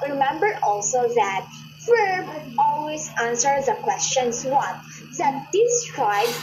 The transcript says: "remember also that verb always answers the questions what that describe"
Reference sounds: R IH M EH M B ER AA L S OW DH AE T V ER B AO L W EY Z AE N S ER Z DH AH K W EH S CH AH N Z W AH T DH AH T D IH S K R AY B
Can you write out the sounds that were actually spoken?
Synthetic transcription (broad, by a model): R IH M EH M B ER AA L S OW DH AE T F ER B AO L W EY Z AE N S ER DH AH K W EH S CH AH N S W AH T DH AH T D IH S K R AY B